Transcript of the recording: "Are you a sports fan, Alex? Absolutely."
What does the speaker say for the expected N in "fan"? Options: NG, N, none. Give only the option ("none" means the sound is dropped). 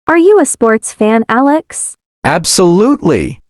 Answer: N